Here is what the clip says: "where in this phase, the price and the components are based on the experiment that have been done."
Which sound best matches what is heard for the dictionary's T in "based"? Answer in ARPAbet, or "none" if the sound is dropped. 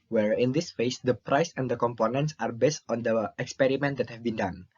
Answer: T